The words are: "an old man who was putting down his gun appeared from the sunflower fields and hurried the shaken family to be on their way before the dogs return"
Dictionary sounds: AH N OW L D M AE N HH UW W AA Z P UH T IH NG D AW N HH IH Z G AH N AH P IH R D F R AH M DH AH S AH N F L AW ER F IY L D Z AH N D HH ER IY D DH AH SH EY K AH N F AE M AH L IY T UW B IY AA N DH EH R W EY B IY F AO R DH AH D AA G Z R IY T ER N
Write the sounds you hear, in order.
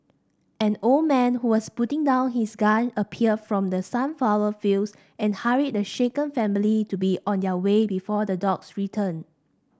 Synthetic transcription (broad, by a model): AH N OW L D M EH N HH UW W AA S P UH T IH NG D AW N HH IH S G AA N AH P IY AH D F R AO M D AH S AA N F AW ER F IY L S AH N HH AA IY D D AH SH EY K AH N F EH M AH L IY T UW B IY AA N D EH W EY B IY F AO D AH D AA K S R IY T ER N